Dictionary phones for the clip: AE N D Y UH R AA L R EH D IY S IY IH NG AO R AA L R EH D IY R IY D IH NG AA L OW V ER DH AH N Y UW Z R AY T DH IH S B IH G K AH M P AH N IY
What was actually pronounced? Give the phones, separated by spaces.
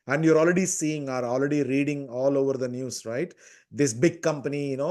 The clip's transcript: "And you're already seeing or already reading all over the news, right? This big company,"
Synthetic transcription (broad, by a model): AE N D Y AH R AA L R EH D IY S IY IH NG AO R AA L R EH D IY R IY D IH NG AA L OW V ER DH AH N Y UW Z R AY T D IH S B IH G K AH M P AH N IY